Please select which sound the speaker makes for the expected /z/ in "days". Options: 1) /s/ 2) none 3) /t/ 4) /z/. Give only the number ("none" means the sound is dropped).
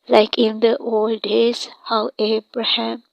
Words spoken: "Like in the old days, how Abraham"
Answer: 1